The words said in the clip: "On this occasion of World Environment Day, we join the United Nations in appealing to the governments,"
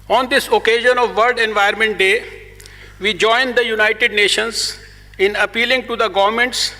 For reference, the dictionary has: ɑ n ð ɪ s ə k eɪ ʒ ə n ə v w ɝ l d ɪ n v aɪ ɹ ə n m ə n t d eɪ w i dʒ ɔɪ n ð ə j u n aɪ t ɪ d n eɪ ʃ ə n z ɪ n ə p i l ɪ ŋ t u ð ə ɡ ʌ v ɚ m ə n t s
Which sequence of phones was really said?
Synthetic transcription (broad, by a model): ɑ n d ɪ s ə k eɪ ʒ ə n ə v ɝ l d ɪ n v aɪ ə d m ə n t d eɪ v i dʒ ɔɪ n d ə j u n aɪ t ɪ d n eɪ ʃ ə n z ɪ n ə p i l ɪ ŋ t u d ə ɡ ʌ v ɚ m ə n t s